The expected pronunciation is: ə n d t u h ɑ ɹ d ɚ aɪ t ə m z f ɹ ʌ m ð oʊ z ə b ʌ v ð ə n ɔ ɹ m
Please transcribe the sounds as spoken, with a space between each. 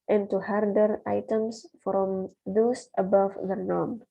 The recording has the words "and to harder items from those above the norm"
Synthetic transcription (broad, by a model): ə n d t u h ɑ ɹ d ɚ aɪ t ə m s f ɹ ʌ m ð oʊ s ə b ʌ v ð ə n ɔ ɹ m